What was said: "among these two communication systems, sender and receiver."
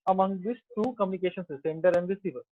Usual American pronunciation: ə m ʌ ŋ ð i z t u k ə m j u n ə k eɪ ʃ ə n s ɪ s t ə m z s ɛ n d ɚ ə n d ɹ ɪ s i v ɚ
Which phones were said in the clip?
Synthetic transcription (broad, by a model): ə m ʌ ŋ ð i s t u k ə m j u n ə k eɪ ʃ ə n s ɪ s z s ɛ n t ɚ ə n d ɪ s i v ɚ